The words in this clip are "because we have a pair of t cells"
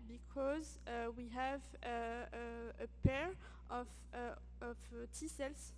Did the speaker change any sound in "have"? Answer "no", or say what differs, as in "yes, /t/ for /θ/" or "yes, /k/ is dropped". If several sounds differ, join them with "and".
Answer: no